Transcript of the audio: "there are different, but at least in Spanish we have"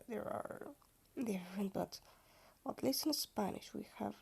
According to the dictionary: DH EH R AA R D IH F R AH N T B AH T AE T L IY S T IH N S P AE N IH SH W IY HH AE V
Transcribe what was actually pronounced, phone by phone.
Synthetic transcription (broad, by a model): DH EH R AA R D IH F R AH N T B AH T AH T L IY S IH N S P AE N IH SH W IY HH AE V